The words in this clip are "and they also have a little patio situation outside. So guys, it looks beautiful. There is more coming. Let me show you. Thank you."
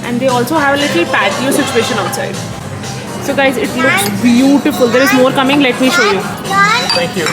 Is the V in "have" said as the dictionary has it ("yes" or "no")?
yes